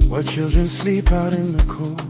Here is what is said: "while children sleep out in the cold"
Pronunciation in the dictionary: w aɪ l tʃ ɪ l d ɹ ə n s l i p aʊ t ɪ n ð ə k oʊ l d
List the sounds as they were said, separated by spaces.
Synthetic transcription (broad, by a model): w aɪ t tʃ ɪ l d ɹ ə n s l i p aʊ t ɪ n ð ə k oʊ